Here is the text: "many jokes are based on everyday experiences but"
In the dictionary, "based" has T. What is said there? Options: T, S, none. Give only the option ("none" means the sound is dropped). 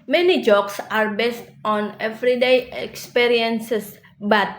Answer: T